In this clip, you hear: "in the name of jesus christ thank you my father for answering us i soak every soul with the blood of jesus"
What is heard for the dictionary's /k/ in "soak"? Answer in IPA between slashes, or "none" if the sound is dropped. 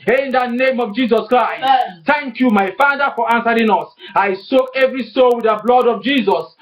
none